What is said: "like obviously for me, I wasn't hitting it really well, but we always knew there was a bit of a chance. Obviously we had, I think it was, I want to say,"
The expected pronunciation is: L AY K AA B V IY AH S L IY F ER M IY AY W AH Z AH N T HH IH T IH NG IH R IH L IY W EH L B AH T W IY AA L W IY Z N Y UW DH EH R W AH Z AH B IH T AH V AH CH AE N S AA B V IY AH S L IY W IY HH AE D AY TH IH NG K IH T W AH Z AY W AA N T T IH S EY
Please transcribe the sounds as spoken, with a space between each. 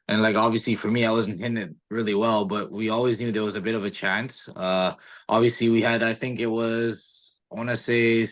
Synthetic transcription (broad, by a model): L AY K AA B V IY AH S L IY F ER M IY AY W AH Z N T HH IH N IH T R IH L IY W EH L B AH T W IY AA L W IY Z N Y UW DH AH R W AH Z AH B IH T AH V AH CH AE N S AA B V IY AH S L IY W IY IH D AY TH IH NG K IH T W AH Z AY W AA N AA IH S EY